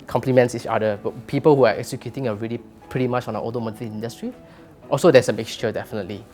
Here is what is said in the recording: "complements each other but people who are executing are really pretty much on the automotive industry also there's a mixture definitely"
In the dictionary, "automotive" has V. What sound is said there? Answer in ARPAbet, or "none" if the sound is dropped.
none